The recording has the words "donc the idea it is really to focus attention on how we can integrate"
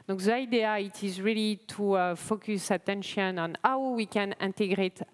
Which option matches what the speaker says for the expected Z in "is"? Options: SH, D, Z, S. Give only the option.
Z